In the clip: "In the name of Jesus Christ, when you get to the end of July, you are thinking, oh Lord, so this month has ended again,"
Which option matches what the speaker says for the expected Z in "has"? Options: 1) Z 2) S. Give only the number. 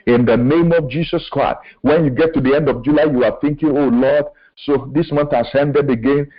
2